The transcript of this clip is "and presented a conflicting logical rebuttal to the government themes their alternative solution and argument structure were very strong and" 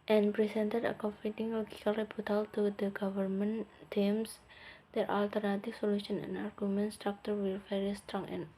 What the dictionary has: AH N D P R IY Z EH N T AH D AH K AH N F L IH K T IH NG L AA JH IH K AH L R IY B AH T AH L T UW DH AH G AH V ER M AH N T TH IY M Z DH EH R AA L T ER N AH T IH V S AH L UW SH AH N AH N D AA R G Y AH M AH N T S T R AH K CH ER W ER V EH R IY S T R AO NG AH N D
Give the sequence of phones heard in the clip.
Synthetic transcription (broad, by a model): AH N P R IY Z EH N T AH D AH K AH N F IY T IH NG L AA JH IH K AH L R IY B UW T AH L T UW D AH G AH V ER M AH N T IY M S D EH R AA L T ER N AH T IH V S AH L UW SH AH N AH N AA R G Y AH M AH N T S T R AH K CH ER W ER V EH R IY S T R AO NG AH N